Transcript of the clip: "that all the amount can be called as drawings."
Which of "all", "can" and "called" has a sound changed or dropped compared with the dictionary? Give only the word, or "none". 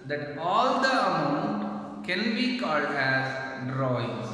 none